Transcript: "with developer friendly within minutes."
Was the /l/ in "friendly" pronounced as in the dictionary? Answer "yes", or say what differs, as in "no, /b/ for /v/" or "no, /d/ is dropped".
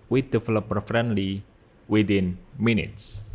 yes